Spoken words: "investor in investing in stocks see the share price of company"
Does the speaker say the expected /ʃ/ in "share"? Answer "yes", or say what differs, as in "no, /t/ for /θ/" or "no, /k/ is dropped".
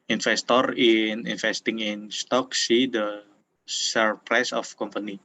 no, /s/ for /ʃ/